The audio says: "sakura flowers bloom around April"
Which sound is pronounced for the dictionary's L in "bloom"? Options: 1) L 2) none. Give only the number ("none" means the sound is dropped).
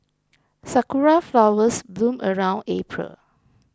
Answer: 1